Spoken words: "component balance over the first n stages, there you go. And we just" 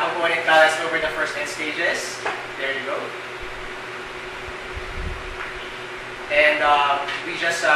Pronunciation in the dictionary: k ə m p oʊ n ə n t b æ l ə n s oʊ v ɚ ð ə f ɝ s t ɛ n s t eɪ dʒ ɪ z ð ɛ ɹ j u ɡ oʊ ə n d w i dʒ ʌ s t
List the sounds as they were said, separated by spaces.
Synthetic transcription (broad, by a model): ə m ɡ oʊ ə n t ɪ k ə s oʊ v ɚ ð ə f ɝ s t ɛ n s t eɪ dʒ ɪ z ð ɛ ɹ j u ɡ oʊ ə n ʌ w i dʒ ʌ s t